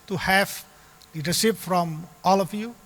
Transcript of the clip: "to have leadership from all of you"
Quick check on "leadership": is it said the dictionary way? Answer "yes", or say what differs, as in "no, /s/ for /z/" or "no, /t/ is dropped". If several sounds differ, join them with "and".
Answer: no, /s/ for /ʃ/